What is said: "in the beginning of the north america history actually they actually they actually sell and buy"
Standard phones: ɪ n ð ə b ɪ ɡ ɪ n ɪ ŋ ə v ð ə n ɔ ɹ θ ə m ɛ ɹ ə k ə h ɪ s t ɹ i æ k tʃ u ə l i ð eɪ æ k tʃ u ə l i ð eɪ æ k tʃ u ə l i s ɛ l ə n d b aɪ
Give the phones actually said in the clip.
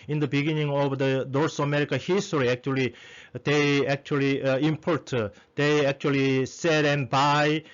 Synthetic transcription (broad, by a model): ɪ n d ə b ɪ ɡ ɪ n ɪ ŋ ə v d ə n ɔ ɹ s ə m ɛ ɹ ə k ə h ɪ s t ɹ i æ k tʃ u ə l i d eɪ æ k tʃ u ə l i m eɪ æ k tʃ u ə l i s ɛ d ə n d b aɪ